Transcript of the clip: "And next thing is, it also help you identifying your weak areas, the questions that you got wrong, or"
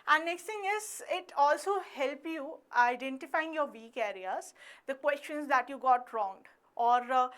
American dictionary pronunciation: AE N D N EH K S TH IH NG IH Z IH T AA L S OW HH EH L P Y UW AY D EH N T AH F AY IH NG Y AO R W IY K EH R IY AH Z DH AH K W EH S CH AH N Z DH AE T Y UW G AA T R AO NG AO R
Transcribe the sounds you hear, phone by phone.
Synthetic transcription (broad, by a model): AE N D N EH K S T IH NG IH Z IH T AA L S OW HH EH L P Y UW AY D EH N T AH F AY IH NG Y AO R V IY K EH R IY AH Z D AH K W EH S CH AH N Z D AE T Y UW G AA T R AO NG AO R